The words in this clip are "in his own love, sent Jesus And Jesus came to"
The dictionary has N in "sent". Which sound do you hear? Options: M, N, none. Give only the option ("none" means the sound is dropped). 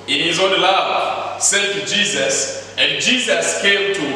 none